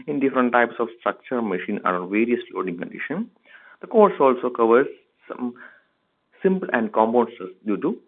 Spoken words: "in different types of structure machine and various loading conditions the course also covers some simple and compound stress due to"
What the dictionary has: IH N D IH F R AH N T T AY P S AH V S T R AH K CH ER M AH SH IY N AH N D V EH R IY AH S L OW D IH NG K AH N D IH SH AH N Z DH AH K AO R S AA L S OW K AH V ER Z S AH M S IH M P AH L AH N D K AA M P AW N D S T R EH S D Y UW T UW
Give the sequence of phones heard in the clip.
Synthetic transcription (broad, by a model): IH N D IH F R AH N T T AY P S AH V S T R AH K CH ER M AH SH IY N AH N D V EH R IY AH S L OW D IH NG K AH N D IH SH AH N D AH K AO R S AA L S OW K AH V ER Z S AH M S IH M P AH L AH N D K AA M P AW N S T AH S D Y UW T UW